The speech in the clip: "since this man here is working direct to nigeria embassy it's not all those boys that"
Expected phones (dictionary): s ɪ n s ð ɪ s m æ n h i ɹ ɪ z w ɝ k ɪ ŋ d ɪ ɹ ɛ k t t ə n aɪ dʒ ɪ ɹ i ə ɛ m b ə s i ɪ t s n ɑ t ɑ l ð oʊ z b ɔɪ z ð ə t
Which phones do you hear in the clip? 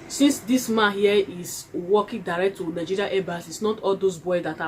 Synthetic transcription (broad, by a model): s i n s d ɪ s m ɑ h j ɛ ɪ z w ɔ k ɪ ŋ d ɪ ɹ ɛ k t t ə n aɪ dʒ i ɹ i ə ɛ b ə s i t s n ɑ t ɑ l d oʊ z b ɔɪ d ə t